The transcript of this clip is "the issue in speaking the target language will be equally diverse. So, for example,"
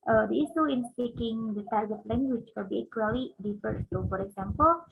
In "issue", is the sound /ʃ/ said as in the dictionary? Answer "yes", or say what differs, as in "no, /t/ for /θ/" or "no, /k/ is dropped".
no, /s/ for /ʃ/